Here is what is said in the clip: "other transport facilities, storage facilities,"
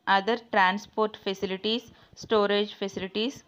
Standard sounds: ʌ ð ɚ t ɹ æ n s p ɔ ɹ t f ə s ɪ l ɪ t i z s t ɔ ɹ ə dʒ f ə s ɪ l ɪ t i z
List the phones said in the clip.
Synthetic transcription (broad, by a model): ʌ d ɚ t ɹ æ n s p ɔ ɹ t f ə s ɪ l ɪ t i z s t ɔ ɹ ə dʒ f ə s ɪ l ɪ t i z